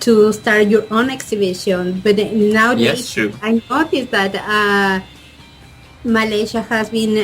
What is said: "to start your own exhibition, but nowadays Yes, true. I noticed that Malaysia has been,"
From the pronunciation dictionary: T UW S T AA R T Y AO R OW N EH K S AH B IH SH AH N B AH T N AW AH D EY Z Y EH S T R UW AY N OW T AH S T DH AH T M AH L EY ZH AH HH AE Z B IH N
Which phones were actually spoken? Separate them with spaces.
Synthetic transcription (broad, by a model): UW S T AA R T Y AO R OW N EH K S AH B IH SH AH N B AH T N AW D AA Y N OW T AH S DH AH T M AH L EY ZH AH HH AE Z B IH N